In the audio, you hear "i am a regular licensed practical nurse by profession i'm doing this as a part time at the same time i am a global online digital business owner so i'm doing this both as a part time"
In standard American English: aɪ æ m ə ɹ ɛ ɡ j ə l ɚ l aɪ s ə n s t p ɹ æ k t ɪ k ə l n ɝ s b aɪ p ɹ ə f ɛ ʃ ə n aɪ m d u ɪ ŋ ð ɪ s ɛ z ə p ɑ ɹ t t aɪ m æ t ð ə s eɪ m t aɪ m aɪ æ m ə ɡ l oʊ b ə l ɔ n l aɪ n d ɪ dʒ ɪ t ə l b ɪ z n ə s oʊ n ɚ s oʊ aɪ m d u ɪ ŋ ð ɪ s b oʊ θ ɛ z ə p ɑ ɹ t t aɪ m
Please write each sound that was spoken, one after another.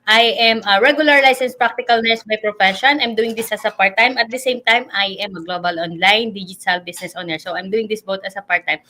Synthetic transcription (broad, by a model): aɪ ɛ m ə ɹ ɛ ɡ j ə l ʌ l aɪ s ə n s p ɹ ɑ k t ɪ k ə l n ɝ s b aɪ p ɹ ə f ɛ ʃ ə n aɪ m d u ɪ ŋ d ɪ s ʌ s ə p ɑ ɹ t t aɪ m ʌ t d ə s eɪ m t aɪ m aɪ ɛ m ə ɡ l oʊ b ə l ɔ n l aɪ n d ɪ dʒ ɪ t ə l b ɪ s n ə s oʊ n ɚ s oʊ aɪ m d u ɪ ŋ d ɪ s b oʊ t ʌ s ə p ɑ ɹ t t aɪ m